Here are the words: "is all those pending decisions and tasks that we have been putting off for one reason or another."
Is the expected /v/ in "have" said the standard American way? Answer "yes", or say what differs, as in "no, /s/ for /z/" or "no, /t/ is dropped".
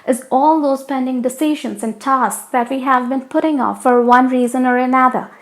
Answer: yes